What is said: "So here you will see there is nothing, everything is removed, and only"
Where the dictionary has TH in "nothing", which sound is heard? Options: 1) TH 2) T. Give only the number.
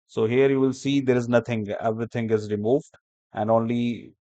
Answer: 2